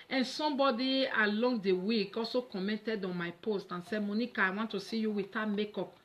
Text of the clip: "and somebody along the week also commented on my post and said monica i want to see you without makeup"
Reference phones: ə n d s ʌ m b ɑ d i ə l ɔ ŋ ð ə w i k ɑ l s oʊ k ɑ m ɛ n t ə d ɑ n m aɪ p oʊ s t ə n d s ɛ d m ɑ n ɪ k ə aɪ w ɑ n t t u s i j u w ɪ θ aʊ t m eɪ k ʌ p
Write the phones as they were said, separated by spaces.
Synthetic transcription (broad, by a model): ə n s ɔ m b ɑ d i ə l ɔ ŋ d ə w i k ɑ l s oʊ k ɑ m ɛ n t ə d ɑ n m aɪ p oʊ s t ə n s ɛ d m ɑ n ɪ k ə aɪ w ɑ n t t u s i j u w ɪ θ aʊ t m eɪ k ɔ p